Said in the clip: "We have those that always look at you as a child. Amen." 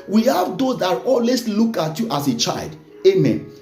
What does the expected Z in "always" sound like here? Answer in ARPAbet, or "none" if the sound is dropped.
S